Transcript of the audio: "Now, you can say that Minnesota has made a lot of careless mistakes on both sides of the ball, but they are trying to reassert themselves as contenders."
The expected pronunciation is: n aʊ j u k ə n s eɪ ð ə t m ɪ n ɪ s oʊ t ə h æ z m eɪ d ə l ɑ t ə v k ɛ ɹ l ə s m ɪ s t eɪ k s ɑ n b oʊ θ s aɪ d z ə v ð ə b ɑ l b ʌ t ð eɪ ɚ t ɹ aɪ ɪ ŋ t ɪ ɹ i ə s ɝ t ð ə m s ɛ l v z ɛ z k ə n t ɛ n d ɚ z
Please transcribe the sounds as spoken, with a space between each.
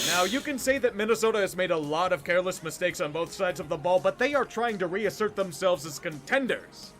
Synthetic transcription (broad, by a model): n aʊ j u k ə n s eɪ ð ə t m ɪ n ɪ s oʊ t ə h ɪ z m eɪ d ə l ɑ t ə v k ɛ ɹ l ə s m ɪ s t eɪ k s n b oʊ θ s aɪ d z ə v ð ə b ɑ l b ʌ t ð eɪ ɚ t ɹ aɪ ɪ ŋ t ɪ ɹ i ə s ɝ t ð ə m s ɛ l v z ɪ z k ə n t ɛ n d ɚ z